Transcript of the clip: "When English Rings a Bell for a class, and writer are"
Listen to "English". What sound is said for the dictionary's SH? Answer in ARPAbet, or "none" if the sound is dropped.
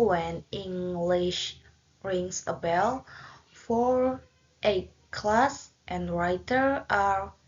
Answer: SH